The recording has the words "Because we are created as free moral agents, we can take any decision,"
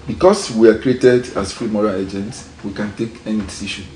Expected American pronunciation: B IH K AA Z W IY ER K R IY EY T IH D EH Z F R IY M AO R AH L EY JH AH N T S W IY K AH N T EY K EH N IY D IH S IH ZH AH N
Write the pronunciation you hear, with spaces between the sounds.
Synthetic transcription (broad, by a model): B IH K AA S W IY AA K R IY EY T IH D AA S F R IY M AO R AH L EY JH AH N T S W IY K AH N T EY K EH N IY D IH S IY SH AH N